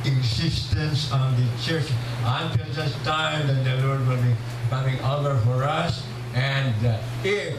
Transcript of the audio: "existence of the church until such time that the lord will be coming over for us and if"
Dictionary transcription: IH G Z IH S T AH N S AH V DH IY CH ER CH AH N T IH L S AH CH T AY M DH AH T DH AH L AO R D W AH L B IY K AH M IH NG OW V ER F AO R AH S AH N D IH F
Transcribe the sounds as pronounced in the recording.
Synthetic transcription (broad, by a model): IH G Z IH S T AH N S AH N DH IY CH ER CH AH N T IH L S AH S T AY M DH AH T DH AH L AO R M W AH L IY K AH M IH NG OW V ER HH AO R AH S AH N D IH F